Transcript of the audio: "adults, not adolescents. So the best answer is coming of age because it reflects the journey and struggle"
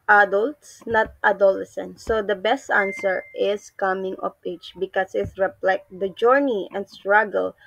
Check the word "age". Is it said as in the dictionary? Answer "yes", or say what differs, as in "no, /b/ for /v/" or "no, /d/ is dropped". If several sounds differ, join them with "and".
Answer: no, /tʃ/ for /dʒ/